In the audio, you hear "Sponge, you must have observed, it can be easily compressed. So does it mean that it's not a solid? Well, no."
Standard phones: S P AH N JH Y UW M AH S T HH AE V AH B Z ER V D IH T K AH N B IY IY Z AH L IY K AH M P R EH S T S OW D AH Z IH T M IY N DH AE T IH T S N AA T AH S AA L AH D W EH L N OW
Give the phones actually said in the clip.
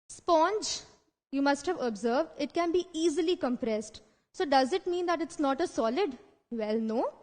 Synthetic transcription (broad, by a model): S P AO N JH Y UW M AH S T HH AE V AH B Z ER V D IH T K AH N B IY IY Z AH L IY K AH M P R EH S T S OW D AH Z IH T M IY N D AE T IH T S N AA T AH S AA L AH D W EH L N OW